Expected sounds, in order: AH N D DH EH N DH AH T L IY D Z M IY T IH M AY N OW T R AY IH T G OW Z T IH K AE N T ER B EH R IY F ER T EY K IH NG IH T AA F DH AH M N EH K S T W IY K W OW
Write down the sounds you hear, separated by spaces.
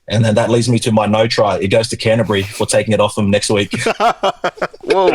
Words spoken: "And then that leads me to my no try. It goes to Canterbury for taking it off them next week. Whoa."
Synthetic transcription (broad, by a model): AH N DH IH N DH AH T L IY D Z M IY T IH M AY N OW T R AY IH T G OW Z T IH K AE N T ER B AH R IY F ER T EY K IH NG IH T AA F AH M N EH K S T W IY K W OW